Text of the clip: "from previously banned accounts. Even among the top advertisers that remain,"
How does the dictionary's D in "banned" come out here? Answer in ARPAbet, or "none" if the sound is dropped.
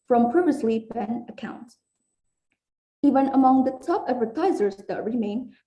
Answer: none